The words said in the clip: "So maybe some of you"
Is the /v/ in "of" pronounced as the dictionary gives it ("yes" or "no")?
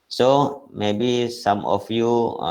no